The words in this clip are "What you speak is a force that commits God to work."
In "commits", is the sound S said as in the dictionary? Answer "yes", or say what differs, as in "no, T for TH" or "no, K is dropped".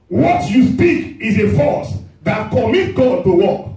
no, S is dropped